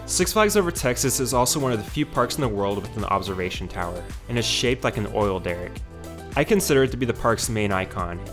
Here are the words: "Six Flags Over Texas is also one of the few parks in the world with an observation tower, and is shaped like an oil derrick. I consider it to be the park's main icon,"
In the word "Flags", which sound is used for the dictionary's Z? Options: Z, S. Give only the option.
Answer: Z